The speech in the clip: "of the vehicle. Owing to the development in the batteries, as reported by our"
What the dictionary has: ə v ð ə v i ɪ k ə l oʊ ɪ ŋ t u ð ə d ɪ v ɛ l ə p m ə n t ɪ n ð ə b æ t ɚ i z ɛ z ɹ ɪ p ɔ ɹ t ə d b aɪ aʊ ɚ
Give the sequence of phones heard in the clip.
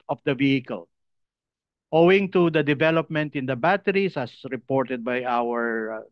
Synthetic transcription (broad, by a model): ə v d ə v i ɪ k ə l oʊ ɪ ŋ t u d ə d ɪ v ɛ l ə p m ə n t ɪ n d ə b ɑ t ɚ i s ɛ s ɹ ɪ p ɔ ɹ t ə d b aɪ aʊ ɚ